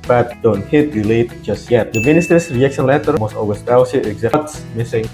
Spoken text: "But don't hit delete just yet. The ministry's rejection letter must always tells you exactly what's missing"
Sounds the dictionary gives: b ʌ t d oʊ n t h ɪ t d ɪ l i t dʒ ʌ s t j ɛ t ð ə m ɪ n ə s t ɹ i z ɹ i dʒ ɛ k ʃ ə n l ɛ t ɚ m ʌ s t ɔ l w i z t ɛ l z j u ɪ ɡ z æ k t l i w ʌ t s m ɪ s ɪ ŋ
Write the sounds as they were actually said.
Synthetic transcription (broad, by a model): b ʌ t d oʊ n t h ɪ t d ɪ l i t dʒ ʌ s t j ɛ t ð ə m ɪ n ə s t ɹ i s ɹ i ɛ k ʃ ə n l ɛ t ɚ m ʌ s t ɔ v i s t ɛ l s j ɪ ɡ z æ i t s m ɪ s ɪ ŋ